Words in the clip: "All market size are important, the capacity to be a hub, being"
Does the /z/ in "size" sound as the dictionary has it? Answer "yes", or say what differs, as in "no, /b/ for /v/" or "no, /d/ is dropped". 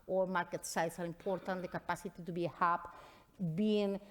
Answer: no, /s/ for /z/